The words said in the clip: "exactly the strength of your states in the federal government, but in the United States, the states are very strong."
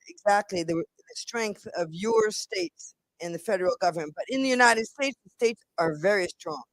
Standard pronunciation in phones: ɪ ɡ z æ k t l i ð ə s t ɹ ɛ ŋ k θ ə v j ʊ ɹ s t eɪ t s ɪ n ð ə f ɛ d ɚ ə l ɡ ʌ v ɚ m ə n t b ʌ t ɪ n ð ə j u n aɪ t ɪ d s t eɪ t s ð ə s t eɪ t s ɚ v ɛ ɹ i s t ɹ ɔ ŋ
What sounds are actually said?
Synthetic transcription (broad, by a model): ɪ ɡ z æ k t l i ð ə s t ɹ ɛ ŋ k θ ə v j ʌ ɹ s t eɪ t s ɪ n ð ə f ɛ d ɚ l ɡ ʌ v ɚ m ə n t b ʌ t ɪ n ð ə j u n aɪ t ɪ d s t eɪ t s ð ə s t eɪ t s ɚ v ɛ ɹ i s t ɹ ɔ ŋ